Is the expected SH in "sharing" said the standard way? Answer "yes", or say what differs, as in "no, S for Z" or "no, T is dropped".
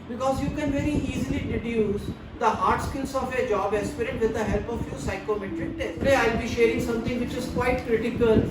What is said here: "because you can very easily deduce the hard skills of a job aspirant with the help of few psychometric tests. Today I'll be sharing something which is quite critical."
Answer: yes